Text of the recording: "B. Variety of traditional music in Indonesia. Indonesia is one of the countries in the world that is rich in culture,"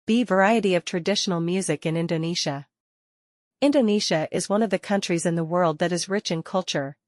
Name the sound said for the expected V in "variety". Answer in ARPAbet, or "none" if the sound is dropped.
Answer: V